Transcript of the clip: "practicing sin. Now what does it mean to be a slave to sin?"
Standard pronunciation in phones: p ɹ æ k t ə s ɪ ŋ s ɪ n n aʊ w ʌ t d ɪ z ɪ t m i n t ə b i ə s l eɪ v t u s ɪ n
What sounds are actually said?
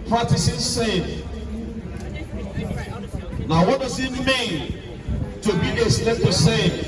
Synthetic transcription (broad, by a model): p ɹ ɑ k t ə s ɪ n s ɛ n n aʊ w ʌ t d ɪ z ɪ t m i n t ə b i ə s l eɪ p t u s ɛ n